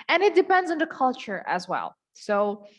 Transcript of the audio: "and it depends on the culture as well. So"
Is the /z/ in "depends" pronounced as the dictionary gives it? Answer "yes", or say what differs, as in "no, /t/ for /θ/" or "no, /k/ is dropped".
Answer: yes